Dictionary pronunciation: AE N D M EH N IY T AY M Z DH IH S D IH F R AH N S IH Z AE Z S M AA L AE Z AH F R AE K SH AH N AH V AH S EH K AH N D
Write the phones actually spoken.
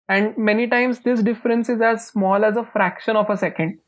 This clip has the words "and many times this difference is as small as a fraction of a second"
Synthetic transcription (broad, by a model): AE N D M EH N IY T AY M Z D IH S D IH F R AH N S IH Z AE Z S M AA L AE Z AH F R AE K SH AH N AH F AH S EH K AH N D